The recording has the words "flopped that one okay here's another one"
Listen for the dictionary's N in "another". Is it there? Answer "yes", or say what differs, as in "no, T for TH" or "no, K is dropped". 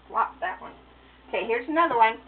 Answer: yes